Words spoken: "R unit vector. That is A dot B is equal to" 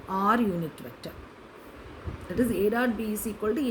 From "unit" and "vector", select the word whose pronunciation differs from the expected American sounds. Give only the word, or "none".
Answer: vector